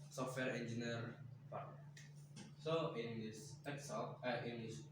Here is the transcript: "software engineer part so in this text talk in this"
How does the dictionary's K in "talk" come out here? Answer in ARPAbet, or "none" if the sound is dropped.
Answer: none